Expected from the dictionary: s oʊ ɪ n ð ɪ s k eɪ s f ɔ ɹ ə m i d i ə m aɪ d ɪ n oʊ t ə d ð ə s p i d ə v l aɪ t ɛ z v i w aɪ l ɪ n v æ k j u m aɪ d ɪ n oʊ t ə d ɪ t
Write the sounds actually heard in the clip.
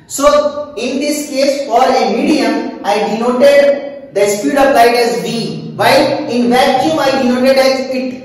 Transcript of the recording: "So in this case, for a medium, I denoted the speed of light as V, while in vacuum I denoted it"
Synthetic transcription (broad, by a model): s oʊ ɪ n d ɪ s k eɪ s f ɔ ɹ ə m i d i ə m aɪ d ɪ n oʊ t ə d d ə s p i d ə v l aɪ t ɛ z b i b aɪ ɪ n v æ k j u m aɪ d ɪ n oʊ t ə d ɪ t